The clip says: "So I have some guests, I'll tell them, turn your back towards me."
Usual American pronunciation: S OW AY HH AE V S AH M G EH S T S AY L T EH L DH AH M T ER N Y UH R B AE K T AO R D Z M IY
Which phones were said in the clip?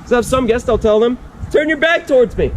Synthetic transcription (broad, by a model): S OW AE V S AH M G EH S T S AY L T EH L DH AH M T ER N Y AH R B AE K T AO R D Z M IY